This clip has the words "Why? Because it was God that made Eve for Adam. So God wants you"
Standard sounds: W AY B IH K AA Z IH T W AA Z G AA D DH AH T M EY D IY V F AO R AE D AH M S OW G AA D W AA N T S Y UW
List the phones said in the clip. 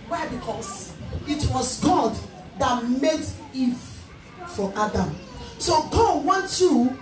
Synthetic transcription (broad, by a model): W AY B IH K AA S IH T W AA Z G AA D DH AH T M EY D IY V F AO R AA D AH M S OW G AA D W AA N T Y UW